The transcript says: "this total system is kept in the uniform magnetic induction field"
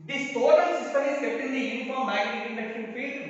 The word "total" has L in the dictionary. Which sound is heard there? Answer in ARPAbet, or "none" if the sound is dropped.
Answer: N